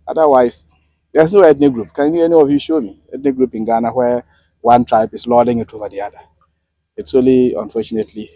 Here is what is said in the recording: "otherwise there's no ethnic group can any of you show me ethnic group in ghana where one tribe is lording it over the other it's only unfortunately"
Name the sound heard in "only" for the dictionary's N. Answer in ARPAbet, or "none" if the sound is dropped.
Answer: none